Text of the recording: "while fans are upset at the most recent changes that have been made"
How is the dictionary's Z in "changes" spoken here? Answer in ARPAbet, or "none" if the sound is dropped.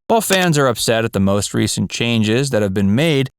Z